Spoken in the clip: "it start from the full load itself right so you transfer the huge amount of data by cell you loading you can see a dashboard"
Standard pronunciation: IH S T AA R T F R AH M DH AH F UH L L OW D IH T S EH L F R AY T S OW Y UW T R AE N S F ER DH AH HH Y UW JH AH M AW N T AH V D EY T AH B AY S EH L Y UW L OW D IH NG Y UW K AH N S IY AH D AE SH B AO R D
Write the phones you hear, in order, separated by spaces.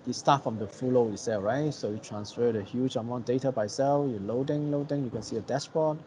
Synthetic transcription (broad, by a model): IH S T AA T F R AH M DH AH F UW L L OW IH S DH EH R AY T S OW Y UW T R AE N S F ER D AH HH Y UW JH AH M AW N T D EY T AH B AY S EH L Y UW L OW D IH NG Y UW K AH N S IY AH D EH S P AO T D